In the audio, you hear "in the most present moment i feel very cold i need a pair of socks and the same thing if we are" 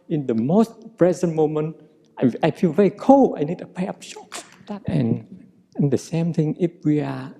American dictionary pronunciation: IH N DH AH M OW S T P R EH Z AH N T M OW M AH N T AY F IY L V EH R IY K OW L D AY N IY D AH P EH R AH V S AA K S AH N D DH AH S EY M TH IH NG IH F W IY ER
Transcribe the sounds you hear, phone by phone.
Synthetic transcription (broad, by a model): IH N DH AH M OW S T P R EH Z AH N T M OW M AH N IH AY F IY L V EH R IY K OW L AY N IY D AH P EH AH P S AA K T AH N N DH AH S EY M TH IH NG IH F W IY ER